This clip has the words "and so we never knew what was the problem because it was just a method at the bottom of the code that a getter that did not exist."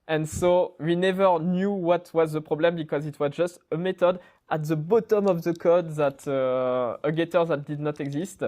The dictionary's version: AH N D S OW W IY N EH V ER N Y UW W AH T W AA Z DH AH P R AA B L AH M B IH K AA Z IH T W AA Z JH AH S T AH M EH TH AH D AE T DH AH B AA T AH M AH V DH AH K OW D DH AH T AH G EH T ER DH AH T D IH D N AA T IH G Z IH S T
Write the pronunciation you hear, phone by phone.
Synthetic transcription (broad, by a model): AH N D S OW W IY N EH V ER N Y UW W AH T W AA Z DH AH P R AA B L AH M B IH K AA Z IH T W AA Z JH AH S T AH M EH T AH D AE T DH AH B AA T AH M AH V DH AH K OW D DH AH T AH G EH T ER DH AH T D IH D N AA T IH G Z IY S T